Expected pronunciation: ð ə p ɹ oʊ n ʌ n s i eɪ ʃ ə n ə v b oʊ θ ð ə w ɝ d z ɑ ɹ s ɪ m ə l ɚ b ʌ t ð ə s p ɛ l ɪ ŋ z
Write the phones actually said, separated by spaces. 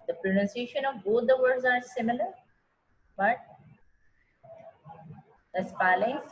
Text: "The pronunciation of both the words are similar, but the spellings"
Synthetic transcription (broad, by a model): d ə p ɹ oʊ n ʌ n s i eɪ ʃ ə n ə v b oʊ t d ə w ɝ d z ɑ ɹ s ɪ m ə l ɚ b ʌ t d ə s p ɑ l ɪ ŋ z